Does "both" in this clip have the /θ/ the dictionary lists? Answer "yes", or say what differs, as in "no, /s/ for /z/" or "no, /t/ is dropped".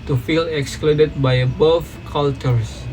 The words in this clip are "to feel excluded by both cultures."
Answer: no, /f/ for /θ/